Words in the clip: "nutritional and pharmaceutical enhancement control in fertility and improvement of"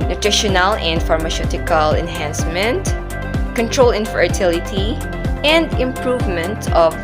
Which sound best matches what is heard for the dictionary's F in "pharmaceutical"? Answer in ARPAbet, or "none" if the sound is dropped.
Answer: F